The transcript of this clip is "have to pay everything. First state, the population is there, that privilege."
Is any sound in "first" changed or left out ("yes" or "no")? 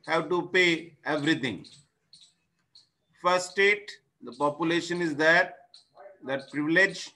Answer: yes